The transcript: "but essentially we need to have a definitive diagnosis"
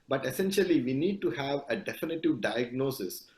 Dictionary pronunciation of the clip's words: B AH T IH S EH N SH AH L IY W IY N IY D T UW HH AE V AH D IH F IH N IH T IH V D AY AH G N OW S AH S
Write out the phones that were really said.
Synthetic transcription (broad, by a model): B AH T IH S EH N SH AH L IY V IY N IY D T UW HH AE V AH D IH F IH N IH T IH V D AY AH G N OW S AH S